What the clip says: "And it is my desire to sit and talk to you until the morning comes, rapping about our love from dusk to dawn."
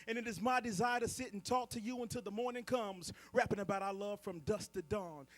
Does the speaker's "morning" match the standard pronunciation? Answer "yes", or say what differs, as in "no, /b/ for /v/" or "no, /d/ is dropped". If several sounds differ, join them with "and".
yes